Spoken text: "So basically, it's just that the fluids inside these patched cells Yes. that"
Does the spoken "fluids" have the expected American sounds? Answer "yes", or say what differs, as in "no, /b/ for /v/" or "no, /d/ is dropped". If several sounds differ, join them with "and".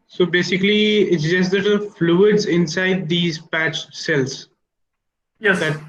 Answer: yes